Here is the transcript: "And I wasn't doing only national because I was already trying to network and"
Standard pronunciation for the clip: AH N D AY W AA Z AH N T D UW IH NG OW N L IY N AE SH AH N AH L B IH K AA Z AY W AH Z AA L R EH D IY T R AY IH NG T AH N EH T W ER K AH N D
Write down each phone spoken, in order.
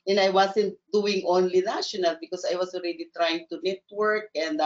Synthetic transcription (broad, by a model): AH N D AY W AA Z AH N T D UW IH NG OW N L IY N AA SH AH N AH L B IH K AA S AY W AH S AA L R EH D IY T R AY IH NG T AH N EH T W ER K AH N D